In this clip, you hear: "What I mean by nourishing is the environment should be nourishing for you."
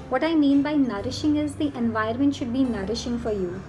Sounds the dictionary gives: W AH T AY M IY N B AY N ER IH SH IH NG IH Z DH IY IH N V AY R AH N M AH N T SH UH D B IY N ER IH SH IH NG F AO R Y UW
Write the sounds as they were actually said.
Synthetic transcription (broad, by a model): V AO T AY M IY N B AY N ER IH SH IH NG IH Z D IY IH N V AY AH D M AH N T SH UH D B IY N ER IH SH IH NG F AO R Y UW